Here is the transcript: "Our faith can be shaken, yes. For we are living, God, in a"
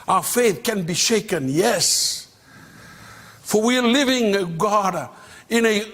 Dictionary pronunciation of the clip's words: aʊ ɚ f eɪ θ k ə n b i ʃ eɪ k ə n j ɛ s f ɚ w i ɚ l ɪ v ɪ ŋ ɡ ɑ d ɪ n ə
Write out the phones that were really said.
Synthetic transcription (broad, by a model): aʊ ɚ f eɪ θ k ə n b i ʃ eɪ k ə n j ɛ s f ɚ w i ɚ l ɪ v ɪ ŋ ɡ ɑ d ɪ n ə